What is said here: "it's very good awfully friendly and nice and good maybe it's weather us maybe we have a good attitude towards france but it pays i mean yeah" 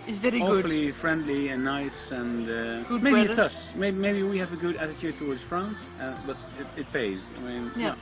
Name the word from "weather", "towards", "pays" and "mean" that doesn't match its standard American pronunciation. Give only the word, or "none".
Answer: weather